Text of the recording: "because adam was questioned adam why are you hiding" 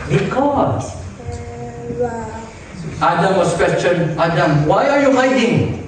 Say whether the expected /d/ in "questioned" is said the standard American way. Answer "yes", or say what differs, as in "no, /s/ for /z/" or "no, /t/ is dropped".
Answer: no, /d/ is dropped